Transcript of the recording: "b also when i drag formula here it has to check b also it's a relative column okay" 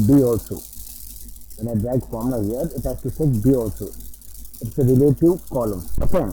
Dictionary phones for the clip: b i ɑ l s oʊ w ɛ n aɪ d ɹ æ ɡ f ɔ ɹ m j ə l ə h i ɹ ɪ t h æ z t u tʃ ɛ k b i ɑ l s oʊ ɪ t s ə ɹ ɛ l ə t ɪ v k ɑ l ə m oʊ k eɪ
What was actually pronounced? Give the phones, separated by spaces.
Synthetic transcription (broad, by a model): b i ɑ l s oʊ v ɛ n aɪ d ɹ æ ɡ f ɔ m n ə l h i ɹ ɪ t h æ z t u s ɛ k b i ɑ l s oʊ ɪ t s ə ɹ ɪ l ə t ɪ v k ɑ l ə m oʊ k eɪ